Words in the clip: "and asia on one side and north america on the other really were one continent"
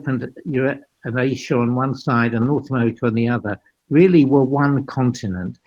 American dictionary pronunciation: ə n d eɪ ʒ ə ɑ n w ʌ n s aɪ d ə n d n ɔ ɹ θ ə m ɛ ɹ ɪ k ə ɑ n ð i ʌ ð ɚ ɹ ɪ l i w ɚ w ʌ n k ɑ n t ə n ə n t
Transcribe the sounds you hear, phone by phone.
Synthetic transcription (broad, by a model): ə n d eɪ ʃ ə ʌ n w ʌ n s aɪ d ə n n ɔ ɹ θ ə m ɛ ɹ ɪ k ə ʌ n ð i ʌ ð ɚ ɹ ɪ l i w ɚ w ʌ n k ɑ n t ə n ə n t